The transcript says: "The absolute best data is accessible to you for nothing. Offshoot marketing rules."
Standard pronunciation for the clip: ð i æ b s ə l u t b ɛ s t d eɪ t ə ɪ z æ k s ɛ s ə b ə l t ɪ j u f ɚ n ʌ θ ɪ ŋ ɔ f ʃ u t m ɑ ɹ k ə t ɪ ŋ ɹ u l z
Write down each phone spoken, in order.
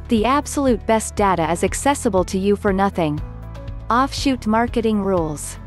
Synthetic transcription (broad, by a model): ð i æ b s ə l u t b ɛ s d eɪ t ə ɪ z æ k s ɛ s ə b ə l t ɪ j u f ɚ n ʌ θ ɪ ŋ ɔ f ʃ u t m ɑ ɹ k ə t ɪ ŋ ɹ u l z